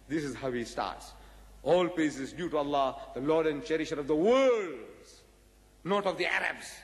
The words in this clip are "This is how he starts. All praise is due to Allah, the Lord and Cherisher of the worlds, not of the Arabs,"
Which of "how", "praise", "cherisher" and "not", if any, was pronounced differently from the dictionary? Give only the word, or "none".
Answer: praise